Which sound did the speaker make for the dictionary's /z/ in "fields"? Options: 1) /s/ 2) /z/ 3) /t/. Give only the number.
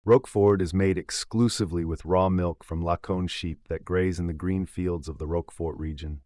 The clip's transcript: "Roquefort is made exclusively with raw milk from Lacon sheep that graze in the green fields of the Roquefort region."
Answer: 2